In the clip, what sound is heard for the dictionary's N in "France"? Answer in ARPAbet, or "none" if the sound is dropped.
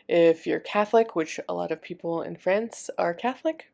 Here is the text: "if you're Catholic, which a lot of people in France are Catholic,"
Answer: N